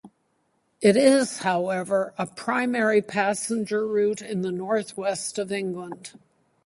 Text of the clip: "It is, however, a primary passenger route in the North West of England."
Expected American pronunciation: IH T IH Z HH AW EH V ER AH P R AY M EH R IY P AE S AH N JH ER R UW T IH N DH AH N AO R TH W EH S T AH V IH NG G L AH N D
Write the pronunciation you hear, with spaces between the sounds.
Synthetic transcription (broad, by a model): IH T IH Z HH AW EH V ER AH P R AY M EH R IY P AE S AH N JH ER R UW T IH N DH AH N AO R TH W EH S T AH V IH NG G L AH N D